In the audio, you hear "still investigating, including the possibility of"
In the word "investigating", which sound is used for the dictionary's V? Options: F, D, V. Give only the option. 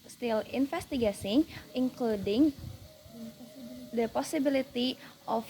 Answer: F